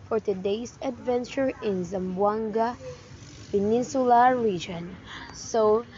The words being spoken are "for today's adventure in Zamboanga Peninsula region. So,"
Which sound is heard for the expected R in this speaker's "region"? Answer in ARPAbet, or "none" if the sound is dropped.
R